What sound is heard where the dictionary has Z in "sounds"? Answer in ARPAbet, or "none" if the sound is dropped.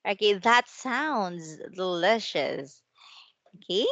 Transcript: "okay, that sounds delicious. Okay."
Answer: Z